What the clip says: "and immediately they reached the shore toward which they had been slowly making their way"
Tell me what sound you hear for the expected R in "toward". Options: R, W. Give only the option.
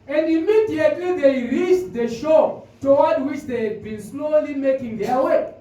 W